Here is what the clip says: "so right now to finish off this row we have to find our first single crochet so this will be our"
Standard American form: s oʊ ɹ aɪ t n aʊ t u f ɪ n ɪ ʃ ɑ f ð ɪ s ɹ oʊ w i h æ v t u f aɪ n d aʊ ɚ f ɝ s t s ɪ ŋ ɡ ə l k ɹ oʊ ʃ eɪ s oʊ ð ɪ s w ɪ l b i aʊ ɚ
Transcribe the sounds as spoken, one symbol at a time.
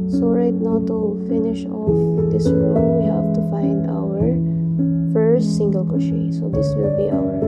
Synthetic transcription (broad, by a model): s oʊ ɹ aɪ t n aʊ t u f ɪ n ɪ ʃ ɑ f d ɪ s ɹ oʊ w i h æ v t u f aɪ n d aʊ ɚ f ɝ s t s ɪ ŋ ɡ ə l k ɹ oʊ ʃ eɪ s oʊ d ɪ s w ɪ l b i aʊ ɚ